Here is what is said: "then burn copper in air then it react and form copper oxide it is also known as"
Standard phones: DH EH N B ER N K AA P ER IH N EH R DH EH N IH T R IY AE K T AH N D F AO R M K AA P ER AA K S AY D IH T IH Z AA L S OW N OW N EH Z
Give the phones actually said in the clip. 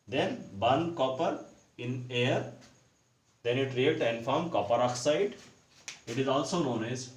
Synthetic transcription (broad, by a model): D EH N B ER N K AA P ER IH N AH R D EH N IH T R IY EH T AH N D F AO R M K AA P ER AA K S AY D IH T IH Z AA L S OW N OW N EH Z